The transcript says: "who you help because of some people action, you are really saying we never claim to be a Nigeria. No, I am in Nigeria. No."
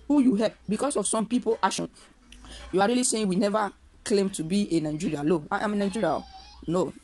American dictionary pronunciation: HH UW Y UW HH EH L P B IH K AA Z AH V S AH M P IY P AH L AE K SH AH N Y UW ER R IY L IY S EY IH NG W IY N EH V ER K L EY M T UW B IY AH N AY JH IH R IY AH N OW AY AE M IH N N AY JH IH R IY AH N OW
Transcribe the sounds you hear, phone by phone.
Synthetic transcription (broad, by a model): HH UW Y UW HH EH P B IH K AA S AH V S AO M P IY P AH L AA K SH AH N Y UW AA R IY L IY S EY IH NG W IY N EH V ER K L EY M T UW B IY AH N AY JH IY R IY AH L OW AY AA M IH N N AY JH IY R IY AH N OW